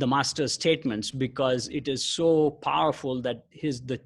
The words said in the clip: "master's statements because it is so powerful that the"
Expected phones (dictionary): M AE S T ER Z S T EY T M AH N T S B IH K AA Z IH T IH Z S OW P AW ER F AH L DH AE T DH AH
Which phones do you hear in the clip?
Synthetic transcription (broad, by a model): M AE S T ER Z S T EY T M AH N T S B IH K AA Z IH T IH Z S OW P AW ER F AH L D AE T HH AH